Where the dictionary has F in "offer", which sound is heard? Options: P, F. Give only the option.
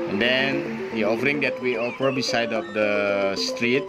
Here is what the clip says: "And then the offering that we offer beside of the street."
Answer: P